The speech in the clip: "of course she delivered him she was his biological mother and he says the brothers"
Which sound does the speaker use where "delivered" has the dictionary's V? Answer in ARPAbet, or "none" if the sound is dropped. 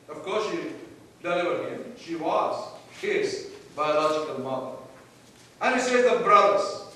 none